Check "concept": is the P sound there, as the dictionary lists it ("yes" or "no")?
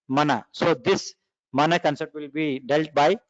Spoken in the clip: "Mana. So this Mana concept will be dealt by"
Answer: no